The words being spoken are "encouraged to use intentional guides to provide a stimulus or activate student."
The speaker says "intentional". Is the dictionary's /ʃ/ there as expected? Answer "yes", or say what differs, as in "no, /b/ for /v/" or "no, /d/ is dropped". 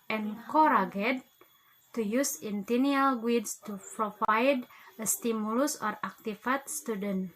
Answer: no, /ʃ/ is dropped